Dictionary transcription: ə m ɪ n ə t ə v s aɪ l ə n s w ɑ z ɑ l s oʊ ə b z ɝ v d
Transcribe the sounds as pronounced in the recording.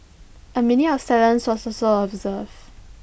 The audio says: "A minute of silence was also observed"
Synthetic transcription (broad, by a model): ə m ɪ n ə ə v s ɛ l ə n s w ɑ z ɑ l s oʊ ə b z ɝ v